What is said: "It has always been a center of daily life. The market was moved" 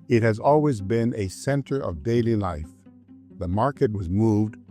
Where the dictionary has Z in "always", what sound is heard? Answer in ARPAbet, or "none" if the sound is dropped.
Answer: Z